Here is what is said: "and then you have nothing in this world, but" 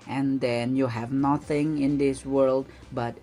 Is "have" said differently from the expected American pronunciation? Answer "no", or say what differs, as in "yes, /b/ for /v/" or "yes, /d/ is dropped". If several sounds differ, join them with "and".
no